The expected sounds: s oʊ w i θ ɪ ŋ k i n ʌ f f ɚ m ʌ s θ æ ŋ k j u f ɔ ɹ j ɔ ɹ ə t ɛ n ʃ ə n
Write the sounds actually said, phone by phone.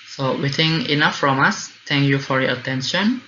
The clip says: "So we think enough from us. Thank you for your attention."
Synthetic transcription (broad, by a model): s oʊ w i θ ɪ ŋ i n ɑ f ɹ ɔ m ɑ s t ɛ ŋ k j u f ɔ ɹ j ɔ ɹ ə t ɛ n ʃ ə n